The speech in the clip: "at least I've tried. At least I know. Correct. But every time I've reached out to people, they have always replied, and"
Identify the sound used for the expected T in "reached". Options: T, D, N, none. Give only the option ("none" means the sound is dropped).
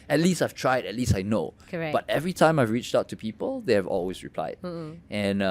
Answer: T